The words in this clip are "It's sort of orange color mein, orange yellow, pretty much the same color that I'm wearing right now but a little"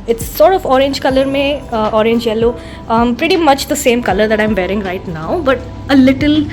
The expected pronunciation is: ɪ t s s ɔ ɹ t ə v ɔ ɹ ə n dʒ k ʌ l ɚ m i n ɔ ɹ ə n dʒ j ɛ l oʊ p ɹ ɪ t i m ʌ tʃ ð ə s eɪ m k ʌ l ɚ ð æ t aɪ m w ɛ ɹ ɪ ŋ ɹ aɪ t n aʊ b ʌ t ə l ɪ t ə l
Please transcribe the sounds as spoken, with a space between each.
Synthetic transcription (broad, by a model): ɪ t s s ɔ ɹ t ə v ɔ ɹ ə n dʒ k ʌ l ɚ m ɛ ɔ ɹ ə n dʒ j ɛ l oʊ p ɹ ɪ t i m ʌ tʃ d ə s eɪ m k ʌ l ɚ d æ t aɪ m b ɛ ɹ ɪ ŋ ɹ aɪ t n aʊ b ʌ t ə l ɪ t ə l